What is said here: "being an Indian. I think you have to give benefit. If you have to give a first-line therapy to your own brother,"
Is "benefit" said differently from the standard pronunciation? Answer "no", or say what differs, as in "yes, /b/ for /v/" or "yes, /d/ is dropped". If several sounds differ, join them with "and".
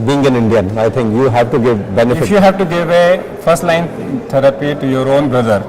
yes, /f/ is dropped